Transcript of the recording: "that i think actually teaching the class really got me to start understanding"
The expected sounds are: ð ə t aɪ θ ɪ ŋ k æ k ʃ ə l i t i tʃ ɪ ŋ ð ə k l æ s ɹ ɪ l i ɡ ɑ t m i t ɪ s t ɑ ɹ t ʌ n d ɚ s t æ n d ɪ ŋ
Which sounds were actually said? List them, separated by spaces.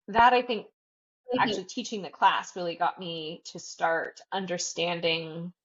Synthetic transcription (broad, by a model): ð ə t aɪ θ ɪ ŋ k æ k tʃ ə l i t i tʃ ɪ ŋ ð ə k l æ s ɹ ɪ l i ɡ ɑ t m i t ɪ s t ɑ ɹ t ʌ n d ɚ s t æ n d ɪ ŋ